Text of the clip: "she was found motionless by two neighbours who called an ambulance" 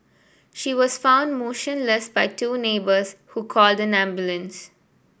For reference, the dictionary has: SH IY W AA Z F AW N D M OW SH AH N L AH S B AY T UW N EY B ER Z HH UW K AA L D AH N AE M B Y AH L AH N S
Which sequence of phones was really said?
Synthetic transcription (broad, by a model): SH IY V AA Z F AW N D M OW SH AH N L AH S B AY T UW N EY B ER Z HH UW K AA L D AH N AE M B Y AH L AH N S